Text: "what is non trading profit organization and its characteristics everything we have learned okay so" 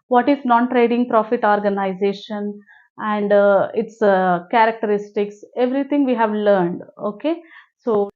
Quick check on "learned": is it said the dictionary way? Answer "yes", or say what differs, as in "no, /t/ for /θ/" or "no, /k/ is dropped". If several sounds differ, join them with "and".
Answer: yes